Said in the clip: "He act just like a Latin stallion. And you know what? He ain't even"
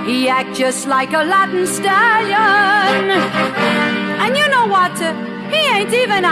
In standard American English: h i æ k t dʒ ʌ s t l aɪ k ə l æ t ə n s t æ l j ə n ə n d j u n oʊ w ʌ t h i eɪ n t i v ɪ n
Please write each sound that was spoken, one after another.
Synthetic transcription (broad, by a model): h i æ k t dʒ ʌ s t l aɪ k ə l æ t n s t æ l j ə n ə n j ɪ n oʊ w ʌ t h i eɪ n t i v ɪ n